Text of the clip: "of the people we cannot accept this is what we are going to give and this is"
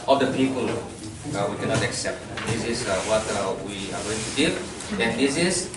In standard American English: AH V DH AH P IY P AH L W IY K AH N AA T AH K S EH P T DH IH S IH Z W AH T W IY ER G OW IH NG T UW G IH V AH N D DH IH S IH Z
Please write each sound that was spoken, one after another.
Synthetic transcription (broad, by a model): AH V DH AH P IY P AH L W IY K AH N AA T AH K S EH P T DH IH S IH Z W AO T W IY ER G OW IH NG T UW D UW AH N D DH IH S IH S